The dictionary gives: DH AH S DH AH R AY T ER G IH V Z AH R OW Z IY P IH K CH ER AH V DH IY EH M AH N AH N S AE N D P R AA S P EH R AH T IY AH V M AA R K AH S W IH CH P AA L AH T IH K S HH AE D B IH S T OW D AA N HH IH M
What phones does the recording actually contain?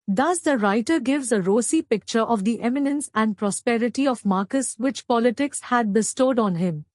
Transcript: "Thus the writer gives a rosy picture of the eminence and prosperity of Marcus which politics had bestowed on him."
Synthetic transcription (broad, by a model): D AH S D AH R AY T ER G IH V Z AH R OW S IY P IH K CH ER AH V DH IY EH M AH N AH N S AE N D P R AA S P EH R AH T IY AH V M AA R K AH S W IH CH P AA L AH T IH K S HH AE D B IH S T OW D AA N HH IH M